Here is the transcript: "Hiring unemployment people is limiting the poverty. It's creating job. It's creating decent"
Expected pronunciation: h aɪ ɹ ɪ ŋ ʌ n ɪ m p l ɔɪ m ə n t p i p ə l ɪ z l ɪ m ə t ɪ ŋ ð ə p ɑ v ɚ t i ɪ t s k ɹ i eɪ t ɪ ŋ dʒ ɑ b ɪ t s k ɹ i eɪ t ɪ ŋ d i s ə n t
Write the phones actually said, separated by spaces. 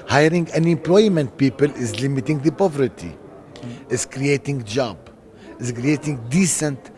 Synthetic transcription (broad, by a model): h aɪ ɹ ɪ ŋ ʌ n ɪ m p l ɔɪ m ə n t p i p ə l ɪ z l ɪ m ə t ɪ ŋ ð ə p ɑ v ɚ t i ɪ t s k ɹ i eɪ t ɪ ŋ dʒ ɑ b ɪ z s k ɹ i eɪ t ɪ ŋ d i s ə n t